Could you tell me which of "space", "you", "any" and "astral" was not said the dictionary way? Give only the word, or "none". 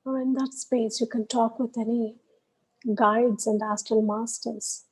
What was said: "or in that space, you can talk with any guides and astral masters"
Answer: astral